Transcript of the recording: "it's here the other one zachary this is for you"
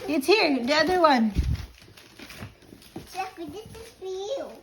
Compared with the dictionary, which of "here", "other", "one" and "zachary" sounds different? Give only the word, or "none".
zachary